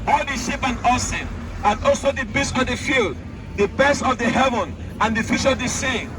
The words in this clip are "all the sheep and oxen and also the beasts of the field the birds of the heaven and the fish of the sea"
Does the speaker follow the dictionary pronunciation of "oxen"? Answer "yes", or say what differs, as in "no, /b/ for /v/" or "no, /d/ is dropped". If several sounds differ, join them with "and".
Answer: no, /k/ is dropped